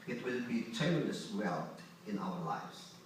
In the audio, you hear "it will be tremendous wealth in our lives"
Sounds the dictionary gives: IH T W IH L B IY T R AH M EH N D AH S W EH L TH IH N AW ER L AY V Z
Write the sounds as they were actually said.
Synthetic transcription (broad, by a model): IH T W IH L B IY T AH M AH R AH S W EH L IH N AW ER L AY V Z